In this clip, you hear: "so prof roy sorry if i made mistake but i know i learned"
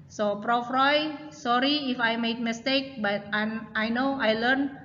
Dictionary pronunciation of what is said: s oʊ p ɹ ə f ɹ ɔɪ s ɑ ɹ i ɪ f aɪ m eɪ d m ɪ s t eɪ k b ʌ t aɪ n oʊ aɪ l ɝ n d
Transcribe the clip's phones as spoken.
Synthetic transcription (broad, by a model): s oʊ p ɹ ə f ɹ ɔɪ s ɑ ɹ i ɪ f aɪ m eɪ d m ɪ s t eɪ k b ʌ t aɪ n oʊ aɪ l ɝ n